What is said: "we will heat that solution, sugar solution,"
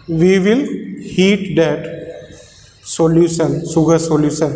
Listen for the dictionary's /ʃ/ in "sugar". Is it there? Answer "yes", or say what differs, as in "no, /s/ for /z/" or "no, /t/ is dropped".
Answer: no, /s/ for /ʃ/